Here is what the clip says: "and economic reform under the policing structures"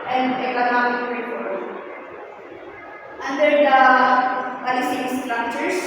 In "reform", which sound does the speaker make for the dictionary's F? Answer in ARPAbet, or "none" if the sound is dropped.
P